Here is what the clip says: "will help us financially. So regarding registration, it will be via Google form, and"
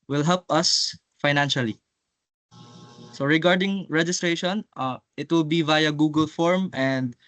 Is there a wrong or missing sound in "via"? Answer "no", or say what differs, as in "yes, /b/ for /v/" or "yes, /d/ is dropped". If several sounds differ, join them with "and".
no